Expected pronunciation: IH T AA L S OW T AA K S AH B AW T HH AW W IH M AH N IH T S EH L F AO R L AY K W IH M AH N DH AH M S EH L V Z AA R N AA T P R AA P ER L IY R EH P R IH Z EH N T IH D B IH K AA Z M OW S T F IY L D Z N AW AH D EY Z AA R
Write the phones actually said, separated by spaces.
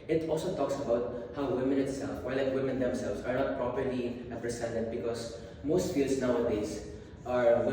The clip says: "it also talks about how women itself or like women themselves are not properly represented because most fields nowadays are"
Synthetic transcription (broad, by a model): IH T AA L S OW T AA K S AH B AW T HH AW W IH M AH N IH T S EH L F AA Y L AY K W IH M AH N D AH M S EH L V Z AA R N AA T P R AA P ER L IY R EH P R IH S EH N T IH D B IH K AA S M OW S T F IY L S N AW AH D EY S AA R